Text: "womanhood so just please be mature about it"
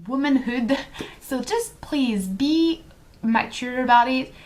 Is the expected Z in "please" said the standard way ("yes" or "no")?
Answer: yes